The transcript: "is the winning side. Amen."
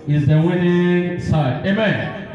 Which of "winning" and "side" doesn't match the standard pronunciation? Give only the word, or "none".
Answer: none